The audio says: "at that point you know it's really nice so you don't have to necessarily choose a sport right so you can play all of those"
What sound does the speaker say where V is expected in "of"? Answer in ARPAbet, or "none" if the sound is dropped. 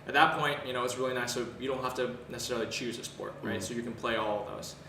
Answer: V